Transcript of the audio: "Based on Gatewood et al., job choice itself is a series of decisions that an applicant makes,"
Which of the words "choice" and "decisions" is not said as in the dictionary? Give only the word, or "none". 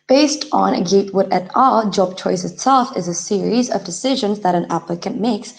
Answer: none